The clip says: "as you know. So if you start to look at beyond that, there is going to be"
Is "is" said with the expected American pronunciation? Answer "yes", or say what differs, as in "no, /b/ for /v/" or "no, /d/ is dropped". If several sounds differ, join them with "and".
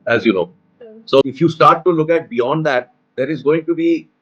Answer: yes